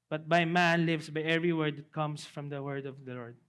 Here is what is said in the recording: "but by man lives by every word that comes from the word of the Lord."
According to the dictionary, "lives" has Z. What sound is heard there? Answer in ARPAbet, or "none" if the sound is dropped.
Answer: S